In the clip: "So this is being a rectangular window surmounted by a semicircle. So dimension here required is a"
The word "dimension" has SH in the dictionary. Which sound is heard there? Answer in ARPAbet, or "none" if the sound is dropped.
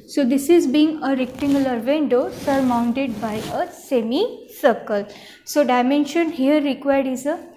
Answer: SH